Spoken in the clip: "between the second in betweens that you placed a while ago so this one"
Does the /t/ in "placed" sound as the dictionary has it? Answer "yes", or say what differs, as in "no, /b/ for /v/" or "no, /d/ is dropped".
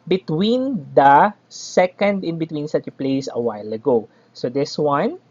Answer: no, /t/ is dropped